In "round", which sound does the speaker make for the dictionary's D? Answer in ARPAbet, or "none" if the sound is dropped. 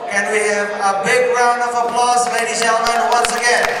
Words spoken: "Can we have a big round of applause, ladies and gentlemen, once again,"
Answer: D